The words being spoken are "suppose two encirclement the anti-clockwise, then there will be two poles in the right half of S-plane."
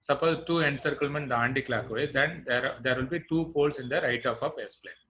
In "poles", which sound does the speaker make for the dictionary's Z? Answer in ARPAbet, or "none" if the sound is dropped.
S